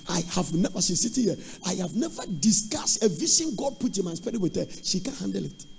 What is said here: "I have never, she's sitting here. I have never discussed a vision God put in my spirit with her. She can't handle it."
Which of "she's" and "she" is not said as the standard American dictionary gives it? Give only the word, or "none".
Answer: she's